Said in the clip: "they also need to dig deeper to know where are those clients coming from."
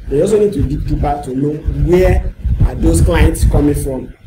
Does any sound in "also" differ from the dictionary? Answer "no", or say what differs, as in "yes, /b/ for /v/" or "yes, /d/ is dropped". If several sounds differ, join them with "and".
yes, /l/ is dropped